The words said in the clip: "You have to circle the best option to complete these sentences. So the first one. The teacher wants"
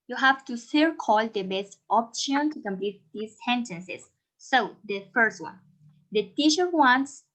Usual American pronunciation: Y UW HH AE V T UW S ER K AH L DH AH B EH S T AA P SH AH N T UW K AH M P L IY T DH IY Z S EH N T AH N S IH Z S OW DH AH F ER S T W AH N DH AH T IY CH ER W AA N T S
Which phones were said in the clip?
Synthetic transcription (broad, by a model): Y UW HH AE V T UW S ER K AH L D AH B EH S T AA P SH AH N T UW K AH M P L IY T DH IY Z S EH N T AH N S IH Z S OW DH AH F ER S T W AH N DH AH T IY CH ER W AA N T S